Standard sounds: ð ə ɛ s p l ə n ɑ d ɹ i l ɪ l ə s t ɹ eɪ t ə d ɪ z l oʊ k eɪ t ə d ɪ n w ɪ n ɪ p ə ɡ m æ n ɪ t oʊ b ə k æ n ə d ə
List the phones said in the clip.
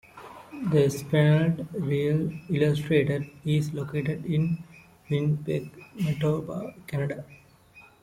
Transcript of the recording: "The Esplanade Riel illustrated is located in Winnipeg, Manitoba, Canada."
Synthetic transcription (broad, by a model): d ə s p ə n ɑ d ɹ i l ɪ l ə s t ɹ eɪ t ə d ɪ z l oʊ k eɪ t ə d ɪ n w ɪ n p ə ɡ m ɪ t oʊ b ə k æ n ə d ə